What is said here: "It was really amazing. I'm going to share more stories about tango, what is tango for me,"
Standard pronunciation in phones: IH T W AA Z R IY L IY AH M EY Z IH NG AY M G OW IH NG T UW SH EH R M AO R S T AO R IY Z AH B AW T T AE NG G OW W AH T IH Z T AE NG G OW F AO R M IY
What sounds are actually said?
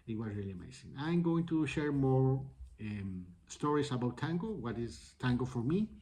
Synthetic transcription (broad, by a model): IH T W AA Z R IY L IY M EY S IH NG AY M G OW IH NG T UW SH EH R M AO R S T AO R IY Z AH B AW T T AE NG G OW W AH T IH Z T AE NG G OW F AO R M IY